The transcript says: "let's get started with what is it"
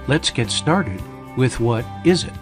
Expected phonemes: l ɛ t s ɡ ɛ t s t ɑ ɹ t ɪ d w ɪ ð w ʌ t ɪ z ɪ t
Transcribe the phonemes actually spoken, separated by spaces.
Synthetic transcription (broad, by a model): l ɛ t s ɡ ɛ t s t ɑ ɹ t ɪ d w ɪ ð w ʌ t ɪ z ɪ t